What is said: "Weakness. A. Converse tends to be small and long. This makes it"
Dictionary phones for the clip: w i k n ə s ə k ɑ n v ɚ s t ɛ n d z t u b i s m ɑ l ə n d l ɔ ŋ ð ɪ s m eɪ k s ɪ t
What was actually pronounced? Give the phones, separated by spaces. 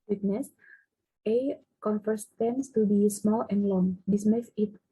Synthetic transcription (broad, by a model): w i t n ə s ə k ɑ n f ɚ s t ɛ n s t u b i s m ɑ l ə n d l ɔ ŋ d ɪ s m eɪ s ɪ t